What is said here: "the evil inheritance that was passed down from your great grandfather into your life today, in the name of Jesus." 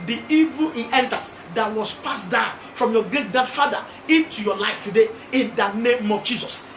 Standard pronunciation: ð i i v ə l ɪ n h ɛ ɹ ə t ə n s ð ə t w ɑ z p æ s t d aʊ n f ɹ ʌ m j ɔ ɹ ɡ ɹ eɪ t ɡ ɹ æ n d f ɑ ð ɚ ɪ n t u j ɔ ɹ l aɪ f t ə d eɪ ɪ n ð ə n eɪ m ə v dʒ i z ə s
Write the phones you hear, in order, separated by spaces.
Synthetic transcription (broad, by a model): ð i i v ə l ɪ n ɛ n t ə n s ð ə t w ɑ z p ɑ s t d aʊ n f ɹ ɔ m j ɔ ɡ ɹ eɪ t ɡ l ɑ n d f ɑ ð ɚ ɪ t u j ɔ l aɪ f t ə d eɪ ɪ n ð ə n eɪ m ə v dʒ i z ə s